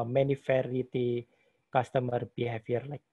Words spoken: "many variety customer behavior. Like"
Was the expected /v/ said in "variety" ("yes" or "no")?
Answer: no